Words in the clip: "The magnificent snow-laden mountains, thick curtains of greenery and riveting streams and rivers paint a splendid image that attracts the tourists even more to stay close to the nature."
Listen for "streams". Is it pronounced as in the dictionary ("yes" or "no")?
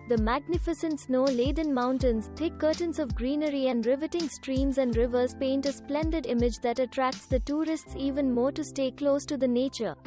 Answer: yes